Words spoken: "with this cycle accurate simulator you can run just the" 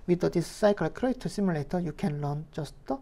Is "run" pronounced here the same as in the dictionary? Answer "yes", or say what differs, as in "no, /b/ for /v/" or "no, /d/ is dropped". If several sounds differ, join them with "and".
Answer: no, /l/ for /ɹ/